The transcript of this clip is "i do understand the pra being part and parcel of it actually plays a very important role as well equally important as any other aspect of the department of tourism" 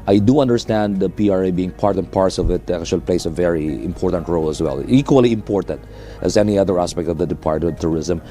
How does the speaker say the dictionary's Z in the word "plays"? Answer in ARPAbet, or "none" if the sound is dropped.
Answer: S